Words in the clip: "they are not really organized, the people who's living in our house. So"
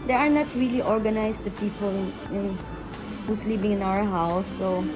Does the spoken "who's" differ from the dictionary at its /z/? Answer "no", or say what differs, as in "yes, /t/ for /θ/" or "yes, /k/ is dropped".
yes, /s/ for /z/